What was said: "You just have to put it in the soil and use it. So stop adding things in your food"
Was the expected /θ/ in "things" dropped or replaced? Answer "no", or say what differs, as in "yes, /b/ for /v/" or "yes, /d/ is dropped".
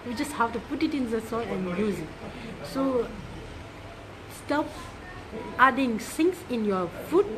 yes, /s/ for /θ/